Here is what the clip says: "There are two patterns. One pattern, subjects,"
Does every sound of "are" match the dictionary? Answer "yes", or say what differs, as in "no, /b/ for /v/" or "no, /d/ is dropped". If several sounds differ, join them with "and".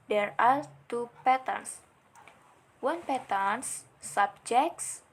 no, /l/ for /ɹ/